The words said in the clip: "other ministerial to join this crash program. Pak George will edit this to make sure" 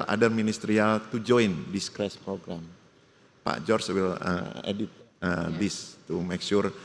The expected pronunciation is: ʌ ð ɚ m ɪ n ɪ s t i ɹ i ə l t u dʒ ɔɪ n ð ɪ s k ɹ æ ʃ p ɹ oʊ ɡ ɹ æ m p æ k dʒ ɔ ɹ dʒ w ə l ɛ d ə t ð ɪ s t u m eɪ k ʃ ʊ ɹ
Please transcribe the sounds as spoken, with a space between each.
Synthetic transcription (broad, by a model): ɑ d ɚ m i n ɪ s t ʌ ɹ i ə l t u dʒ ɔɪ n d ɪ s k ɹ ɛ s p ɹ oʊ ɡ ɹ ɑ m p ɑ dʒ ɔ ɹ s w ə l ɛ d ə t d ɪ s t u m eɪ k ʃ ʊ ɹ